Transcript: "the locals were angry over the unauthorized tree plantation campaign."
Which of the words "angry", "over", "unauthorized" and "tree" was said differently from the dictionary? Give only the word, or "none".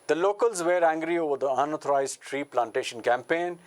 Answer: unauthorized